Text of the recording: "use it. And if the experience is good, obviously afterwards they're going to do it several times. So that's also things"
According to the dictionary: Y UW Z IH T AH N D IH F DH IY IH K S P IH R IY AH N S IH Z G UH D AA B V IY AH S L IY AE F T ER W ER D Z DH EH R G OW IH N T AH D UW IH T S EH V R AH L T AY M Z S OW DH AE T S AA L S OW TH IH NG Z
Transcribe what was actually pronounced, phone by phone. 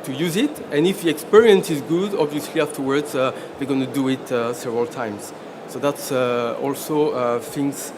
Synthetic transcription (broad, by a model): Y UW Z IH T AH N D IH F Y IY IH K S P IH R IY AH N S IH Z G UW D AA B V IY AH S L IY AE F T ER W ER D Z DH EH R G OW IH N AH D UW IH T S EH V R AH L T AY M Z S OW DH AE T S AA L S OW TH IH NG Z